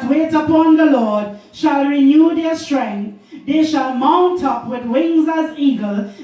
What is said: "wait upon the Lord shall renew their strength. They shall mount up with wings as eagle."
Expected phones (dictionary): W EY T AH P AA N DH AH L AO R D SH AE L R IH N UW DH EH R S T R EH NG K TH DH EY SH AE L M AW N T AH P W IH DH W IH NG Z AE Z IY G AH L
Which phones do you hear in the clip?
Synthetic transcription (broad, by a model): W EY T AH P AA N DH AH L AO R D SH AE L R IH N UW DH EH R S T R EH NG K TH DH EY SH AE L M AW N T AH P W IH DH W IH NG Z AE Z IY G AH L